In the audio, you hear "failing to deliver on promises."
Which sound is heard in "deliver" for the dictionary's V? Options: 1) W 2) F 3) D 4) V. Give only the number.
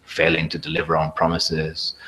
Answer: 4